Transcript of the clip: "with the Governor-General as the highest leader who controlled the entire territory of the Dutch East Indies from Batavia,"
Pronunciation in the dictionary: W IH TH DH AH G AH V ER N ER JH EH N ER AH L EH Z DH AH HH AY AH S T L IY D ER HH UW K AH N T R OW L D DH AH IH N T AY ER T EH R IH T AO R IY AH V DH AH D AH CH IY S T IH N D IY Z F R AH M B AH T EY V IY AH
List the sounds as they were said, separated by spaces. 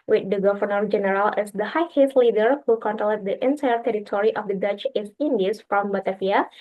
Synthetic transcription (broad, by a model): W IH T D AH G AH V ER N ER JH EH N ER AH L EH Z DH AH HH AY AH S L IY D ER HH UW K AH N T L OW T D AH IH N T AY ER T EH R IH T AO R IY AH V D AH D AH CH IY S IH N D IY S F R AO M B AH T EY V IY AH